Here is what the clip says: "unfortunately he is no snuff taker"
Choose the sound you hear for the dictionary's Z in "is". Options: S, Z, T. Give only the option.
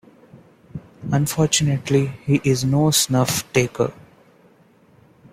Z